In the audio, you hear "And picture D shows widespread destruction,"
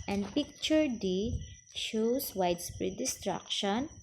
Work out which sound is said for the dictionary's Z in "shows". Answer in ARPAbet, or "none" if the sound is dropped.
S